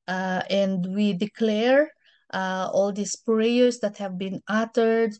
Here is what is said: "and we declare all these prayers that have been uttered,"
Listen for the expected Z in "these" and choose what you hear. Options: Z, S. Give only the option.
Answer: S